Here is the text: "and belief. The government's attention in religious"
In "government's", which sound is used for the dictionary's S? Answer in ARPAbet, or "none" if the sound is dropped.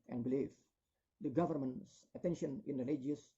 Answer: S